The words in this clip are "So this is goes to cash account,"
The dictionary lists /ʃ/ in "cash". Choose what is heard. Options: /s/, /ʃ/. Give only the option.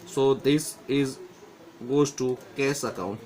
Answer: /s/